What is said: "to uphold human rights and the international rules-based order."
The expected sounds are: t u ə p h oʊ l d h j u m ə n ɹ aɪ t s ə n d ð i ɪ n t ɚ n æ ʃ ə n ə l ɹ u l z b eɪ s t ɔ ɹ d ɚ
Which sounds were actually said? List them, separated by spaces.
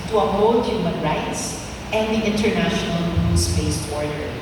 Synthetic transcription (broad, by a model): t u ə h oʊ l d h j u m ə n ɹ aɪ t s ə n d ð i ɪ n t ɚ n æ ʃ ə n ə l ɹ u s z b eɪ s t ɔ ɹ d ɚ